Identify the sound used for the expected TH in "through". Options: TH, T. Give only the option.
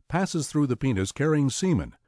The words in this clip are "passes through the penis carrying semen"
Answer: TH